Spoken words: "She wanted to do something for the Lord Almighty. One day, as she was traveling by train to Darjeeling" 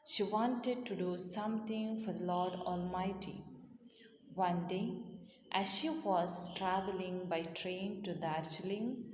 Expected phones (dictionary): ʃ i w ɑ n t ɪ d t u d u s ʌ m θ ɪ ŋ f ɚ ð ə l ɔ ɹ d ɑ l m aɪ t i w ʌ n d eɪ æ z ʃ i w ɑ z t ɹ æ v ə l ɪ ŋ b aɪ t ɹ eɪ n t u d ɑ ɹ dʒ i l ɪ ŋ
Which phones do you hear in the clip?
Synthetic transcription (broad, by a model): ʃ i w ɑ n t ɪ d t u d u s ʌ m t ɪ ŋ f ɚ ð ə l ɔ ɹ d ɑ l m aɪ t i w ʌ n d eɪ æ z ʃ i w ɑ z t ɹ æ v ə l ɪ ŋ b aɪ t ɹ eɪ n t u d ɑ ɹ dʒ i l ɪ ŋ